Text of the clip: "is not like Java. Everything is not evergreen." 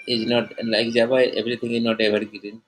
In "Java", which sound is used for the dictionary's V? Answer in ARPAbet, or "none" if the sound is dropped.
B